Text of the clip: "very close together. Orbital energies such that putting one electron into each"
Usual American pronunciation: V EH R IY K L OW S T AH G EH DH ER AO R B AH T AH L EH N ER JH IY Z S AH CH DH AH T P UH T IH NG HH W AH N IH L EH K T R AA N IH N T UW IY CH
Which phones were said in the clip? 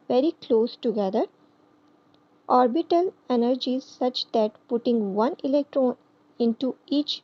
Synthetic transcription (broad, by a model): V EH R IY K L OW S T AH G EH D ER AO R B AH T AH L EH N ER JH IY Z S AH CH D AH T P UH T IH NG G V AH N IH L EH K T R AA N IH N T UW IY CH